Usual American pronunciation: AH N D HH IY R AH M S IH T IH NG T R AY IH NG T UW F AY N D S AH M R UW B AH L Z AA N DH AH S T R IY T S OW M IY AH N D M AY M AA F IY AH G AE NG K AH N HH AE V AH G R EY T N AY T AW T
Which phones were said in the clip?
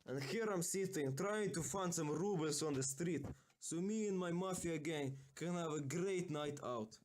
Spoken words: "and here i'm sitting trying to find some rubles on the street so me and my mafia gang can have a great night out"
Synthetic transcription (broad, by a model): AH N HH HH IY R AH M S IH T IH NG T R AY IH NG T UW F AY N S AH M R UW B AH L S AA N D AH S T R IY T S OW M IY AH N M AY M AA F IY AH G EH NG K AH N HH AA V AH G R EY T N AY T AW T